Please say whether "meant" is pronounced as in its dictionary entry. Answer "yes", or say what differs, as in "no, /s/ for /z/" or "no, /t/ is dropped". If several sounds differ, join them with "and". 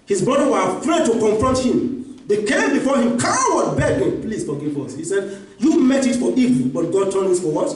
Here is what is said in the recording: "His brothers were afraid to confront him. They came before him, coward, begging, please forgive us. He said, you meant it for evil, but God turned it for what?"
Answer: no, /n/ is dropped